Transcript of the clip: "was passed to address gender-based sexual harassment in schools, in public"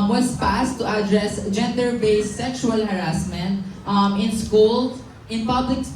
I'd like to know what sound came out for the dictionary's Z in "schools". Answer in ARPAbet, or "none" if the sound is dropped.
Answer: none